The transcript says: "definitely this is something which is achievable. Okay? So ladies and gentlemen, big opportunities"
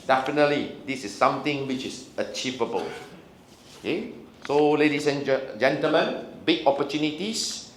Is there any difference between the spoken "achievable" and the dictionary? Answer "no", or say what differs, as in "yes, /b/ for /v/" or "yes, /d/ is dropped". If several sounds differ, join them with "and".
no